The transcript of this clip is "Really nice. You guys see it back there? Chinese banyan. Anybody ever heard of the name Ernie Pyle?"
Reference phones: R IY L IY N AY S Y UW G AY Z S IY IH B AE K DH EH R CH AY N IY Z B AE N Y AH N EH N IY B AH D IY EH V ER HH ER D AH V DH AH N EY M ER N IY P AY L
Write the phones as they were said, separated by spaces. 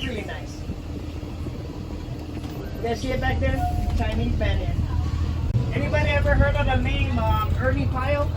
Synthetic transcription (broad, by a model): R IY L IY N AY S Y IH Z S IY IH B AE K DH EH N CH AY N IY B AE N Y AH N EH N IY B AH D IY EH V ER HH ER D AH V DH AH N EY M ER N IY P AY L